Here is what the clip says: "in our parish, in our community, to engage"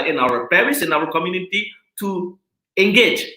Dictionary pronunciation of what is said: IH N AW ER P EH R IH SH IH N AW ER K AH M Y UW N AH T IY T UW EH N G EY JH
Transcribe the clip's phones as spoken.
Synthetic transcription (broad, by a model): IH N AW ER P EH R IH S IH N AW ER K AH M Y UW N AH T IY T UW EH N G EY JH